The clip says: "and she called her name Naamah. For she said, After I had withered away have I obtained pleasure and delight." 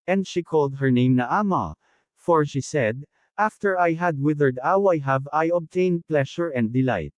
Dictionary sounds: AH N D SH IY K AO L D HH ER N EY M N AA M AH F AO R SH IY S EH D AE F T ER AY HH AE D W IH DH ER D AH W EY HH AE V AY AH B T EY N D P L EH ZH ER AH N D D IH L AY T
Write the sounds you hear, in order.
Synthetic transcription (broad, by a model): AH N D SH IY K AO L D HH ER N EY M N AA M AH F AO R SH IY S EH D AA F T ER AY HH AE D W IH DH ER D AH W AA HH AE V AY AH B T EY N D P L EH SH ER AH N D D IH L AY T